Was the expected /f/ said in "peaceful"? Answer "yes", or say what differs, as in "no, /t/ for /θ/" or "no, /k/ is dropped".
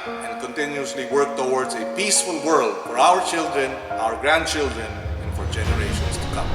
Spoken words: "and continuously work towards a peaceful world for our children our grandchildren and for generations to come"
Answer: yes